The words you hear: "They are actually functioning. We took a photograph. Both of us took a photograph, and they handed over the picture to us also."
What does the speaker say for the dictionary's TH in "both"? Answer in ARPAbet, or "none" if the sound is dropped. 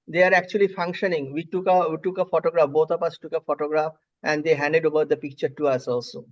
T